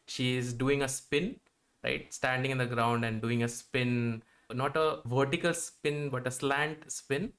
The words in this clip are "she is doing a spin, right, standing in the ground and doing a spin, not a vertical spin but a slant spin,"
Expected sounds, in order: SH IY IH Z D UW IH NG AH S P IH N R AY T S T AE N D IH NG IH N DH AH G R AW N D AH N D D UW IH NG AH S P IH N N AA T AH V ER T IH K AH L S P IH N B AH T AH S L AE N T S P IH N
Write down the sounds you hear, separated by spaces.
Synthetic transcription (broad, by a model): SH IY IH Z D UW IH NG AH S P IH N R AY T S T AE N D IH NG IH N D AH G R AW N D AH N D D UW IH NG AH S P IH N N AA T AH V ER T IH K AH L S P IH N B AH T AH S L AE N T S P IH N